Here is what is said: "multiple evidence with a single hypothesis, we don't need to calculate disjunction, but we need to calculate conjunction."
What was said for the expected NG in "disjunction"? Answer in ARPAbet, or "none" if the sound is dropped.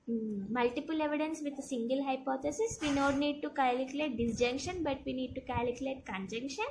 NG